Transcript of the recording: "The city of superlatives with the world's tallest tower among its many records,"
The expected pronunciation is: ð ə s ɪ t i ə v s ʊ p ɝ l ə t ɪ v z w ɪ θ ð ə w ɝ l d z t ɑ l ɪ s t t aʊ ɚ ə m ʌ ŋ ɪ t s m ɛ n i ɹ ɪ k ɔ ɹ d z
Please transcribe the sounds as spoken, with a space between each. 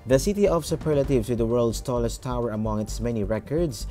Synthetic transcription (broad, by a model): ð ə s ɪ t i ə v s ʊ p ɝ l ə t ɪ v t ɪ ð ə w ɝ l d s t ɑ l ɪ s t t aʊ ɚ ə m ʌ ŋ ɪ t s m ɛ n i ɹ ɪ k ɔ ɹ d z